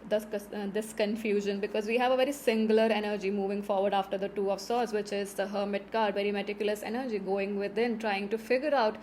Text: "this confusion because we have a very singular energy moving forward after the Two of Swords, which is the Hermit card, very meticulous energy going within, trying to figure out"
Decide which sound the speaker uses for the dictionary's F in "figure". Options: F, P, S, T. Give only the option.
F